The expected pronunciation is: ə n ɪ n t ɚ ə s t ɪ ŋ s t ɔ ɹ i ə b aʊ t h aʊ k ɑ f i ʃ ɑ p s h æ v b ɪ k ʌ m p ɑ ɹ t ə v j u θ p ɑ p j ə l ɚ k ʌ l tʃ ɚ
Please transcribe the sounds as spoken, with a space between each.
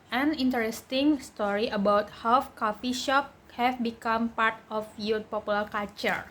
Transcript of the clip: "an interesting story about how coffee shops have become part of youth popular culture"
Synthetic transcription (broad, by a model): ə n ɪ n t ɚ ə s t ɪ ŋ s t ɔ ɹ i ə b aʊ t h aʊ k ɑ f i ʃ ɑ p h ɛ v b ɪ k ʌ m p ɑ ɹ t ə f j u p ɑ p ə l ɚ k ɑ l tʃ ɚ